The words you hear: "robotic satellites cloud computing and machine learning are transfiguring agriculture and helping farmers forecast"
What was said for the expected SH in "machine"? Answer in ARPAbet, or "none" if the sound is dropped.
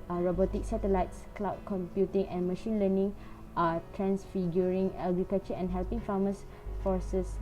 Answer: SH